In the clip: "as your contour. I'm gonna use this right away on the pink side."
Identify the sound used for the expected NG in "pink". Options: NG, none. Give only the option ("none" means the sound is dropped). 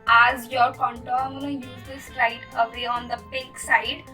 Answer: none